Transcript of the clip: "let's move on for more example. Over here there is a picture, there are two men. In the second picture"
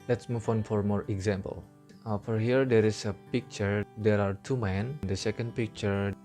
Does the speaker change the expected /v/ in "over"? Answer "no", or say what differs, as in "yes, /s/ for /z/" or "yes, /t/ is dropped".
yes, /f/ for /v/